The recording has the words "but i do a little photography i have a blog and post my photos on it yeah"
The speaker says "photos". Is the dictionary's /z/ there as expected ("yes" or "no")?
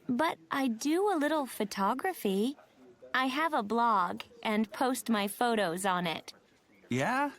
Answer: yes